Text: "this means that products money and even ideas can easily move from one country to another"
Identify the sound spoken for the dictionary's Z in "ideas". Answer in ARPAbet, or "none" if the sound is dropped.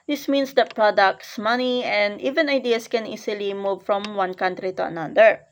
S